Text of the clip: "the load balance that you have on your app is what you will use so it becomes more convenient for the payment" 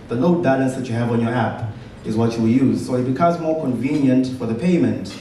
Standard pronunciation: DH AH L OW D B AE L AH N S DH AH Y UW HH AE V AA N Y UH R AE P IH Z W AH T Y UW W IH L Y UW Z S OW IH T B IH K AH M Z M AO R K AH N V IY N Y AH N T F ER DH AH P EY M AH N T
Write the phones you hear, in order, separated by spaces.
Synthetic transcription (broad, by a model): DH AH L OW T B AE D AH S DH AH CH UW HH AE V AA N Y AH R AE P IH Z W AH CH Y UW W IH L Y UW Z S OW IH T B IH K AH M Z M AO R K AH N V IY N Y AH N T F ER DH AH P EY M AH N T